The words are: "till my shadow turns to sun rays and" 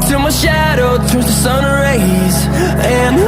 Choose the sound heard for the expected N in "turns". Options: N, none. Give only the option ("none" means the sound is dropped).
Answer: none